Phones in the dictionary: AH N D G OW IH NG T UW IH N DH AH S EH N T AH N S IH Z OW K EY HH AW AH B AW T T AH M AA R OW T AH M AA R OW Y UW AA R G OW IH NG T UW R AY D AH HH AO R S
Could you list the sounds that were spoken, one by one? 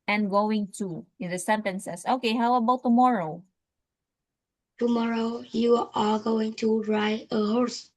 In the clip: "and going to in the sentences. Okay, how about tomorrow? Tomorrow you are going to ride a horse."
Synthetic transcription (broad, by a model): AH N G OW IH NG T UW IH N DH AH S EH N T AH N S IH S OW K EY HH AW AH B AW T T AH M AA R OW T AH M AA R OW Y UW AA L G OW IH NG T UW R AY AH HH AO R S